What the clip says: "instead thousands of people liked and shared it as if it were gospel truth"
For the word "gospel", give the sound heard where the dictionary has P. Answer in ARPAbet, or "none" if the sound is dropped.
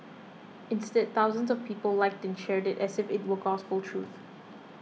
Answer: F